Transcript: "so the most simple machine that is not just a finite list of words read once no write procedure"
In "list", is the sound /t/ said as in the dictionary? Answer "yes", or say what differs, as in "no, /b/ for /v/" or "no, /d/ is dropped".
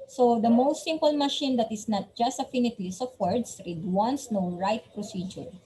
no, /t/ is dropped